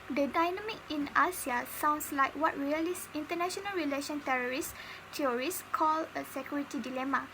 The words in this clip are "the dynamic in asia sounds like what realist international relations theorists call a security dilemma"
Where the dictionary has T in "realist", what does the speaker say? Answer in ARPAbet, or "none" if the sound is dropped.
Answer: none